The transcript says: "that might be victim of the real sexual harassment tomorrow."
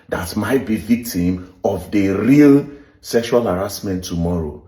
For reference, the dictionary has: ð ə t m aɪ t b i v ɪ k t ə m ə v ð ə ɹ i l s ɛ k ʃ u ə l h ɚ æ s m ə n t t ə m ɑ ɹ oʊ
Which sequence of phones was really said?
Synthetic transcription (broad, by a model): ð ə t m aɪ t b i v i k t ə m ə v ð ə ɹ i l s ɛ k ʃ u ə l h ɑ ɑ s m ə n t t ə m ɑ ɹ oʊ